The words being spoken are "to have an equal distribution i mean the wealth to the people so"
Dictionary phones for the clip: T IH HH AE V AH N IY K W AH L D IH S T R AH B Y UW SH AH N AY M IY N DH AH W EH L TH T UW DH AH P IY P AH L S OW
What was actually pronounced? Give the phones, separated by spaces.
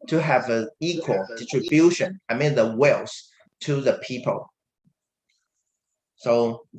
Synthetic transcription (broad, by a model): T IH HH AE V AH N IY K W AH L D IH S T R AH B Y UW SH AH N AY M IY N DH AH W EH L S T UW DH AH P IY P AH L S OW